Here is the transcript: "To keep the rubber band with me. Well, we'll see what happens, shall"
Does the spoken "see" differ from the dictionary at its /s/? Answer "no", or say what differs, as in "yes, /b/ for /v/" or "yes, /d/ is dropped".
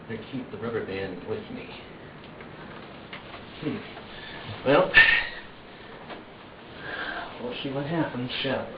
yes, /ʃ/ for /s/